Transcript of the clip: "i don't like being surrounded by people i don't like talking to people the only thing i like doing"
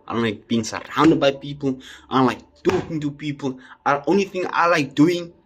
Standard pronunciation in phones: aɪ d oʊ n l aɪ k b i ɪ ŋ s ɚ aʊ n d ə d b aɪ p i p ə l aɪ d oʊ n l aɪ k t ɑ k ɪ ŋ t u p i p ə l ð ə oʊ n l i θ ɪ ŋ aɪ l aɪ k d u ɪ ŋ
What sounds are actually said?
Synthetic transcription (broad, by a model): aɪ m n l aɪ k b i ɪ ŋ s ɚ aʊ n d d b aɪ p i p ə l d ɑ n l aɪ k t ɑ k ɪ ŋ t u p i p ə l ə oʊ n l i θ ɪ ŋ aɪ l aɪ k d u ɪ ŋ